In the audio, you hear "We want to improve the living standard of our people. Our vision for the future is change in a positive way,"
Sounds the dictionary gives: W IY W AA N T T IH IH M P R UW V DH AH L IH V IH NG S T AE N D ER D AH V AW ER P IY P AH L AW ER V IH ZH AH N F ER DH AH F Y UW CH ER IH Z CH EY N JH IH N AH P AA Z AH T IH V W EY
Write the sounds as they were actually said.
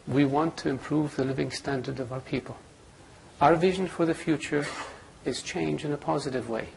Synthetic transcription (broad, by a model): W IY W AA N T T IH IH M P R UW V DH AH L IH V IH NG S T AE N D ER D AH V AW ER P IY P AH L AW ER V IH ZH AH N F ER DH AH F Y UW CH ER IH Z CH EY N JH IH N AH P AA Z AH T IH V W EY